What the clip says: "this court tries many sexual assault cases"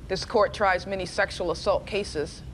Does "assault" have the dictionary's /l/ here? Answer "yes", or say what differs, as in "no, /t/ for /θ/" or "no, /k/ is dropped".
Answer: yes